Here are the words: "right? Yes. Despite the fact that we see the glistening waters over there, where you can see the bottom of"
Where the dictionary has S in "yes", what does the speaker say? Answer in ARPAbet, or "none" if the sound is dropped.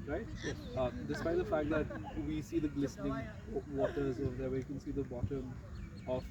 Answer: none